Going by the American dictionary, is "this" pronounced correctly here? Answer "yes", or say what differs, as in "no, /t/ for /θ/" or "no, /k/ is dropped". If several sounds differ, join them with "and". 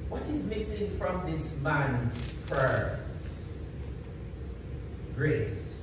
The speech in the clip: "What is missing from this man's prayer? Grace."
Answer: yes